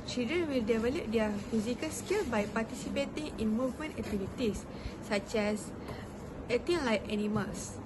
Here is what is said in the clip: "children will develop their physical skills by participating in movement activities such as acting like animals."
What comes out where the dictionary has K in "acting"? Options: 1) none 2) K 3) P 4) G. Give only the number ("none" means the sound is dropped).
1